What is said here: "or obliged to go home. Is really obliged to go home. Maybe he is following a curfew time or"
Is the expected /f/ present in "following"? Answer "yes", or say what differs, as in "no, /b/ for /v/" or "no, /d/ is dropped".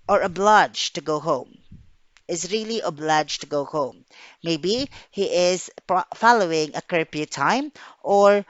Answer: yes